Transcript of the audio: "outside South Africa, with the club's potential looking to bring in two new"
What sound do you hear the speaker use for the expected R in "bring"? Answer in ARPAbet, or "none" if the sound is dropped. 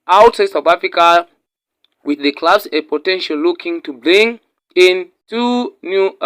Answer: L